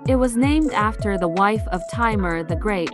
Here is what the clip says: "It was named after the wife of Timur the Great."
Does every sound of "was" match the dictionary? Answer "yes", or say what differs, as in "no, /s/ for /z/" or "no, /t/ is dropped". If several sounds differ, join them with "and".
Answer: yes